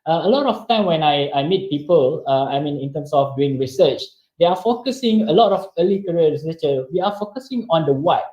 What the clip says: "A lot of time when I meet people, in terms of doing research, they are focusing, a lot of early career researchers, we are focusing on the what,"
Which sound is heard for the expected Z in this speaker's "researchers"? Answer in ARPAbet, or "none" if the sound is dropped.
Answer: none